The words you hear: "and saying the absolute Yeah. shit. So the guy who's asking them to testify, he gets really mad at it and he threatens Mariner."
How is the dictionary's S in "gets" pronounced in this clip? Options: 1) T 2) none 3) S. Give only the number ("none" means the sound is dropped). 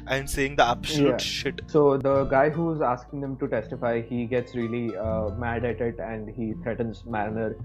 3